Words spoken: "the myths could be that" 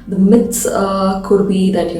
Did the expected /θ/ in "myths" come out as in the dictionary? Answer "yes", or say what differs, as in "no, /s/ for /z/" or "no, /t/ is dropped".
no, /t/ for /θ/